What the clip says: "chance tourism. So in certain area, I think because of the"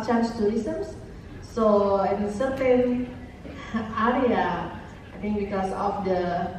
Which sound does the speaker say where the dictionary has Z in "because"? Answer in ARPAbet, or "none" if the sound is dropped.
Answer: S